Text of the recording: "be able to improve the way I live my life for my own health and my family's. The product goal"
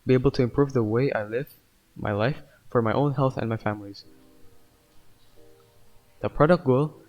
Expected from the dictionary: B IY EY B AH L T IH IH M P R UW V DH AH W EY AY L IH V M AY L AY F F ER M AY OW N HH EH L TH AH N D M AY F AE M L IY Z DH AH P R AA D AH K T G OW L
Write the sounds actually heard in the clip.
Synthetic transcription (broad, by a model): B IY EY B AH L T IH IH M P R UW V DH AH W EY AY L IH V M AY L AY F F ER M AY OW N HH EH L TH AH N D M AY F AE M L IY Z DH AH P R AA D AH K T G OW L